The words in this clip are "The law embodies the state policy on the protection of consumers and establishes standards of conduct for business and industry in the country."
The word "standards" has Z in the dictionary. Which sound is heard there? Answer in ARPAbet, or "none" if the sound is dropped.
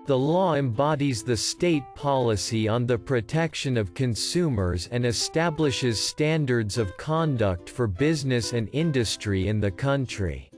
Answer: Z